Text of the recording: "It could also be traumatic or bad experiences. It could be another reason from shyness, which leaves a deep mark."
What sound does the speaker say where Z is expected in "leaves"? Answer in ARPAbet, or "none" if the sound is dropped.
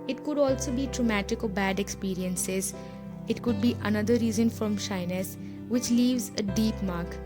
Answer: Z